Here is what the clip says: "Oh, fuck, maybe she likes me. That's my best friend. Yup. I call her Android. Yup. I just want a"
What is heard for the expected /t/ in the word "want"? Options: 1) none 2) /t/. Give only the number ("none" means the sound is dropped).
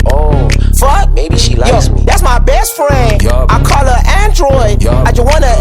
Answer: 1